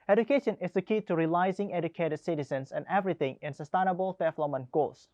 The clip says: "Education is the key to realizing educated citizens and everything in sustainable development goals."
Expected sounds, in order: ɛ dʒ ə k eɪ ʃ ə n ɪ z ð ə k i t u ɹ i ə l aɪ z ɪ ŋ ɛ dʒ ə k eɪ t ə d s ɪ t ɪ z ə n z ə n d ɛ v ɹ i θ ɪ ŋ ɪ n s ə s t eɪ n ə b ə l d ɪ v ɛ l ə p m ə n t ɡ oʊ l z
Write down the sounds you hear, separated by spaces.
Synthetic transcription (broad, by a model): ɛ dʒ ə k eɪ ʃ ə n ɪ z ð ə k i t u ɹ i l aɪ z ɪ ŋ ɛ dʒ ə k eɪ t ə d s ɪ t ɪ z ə n s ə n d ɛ v ɹ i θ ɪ ŋ ɪ n s ə s t eɪ n ə b ə l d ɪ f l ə m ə n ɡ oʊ l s